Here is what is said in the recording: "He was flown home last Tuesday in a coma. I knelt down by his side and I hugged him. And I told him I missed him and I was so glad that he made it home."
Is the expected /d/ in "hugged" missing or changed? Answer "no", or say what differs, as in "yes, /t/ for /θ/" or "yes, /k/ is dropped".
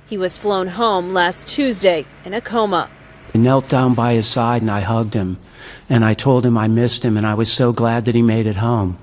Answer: no